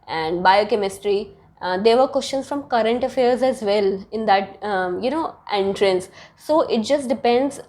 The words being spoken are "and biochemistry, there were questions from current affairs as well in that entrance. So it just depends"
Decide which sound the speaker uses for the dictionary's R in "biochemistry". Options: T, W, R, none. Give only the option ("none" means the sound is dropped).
R